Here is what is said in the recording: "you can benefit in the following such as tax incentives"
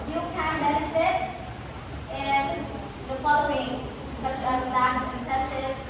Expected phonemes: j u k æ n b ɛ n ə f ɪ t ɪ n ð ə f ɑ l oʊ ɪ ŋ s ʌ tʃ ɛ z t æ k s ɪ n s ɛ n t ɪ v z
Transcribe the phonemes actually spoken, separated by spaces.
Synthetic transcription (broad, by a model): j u k æ n b ɛ n ə f ɪ t ɪ n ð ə f ɑ l oʊ ɪ ŋ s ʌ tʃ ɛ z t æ s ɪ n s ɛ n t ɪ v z